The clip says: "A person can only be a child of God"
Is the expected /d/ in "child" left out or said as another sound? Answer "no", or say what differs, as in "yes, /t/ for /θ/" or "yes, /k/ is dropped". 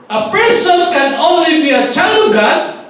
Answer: yes, /d/ is dropped